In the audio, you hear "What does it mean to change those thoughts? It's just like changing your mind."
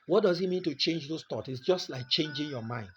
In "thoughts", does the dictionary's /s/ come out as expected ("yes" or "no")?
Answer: no